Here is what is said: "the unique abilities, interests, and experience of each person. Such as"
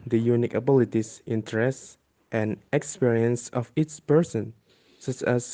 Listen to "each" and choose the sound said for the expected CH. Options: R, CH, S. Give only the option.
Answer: S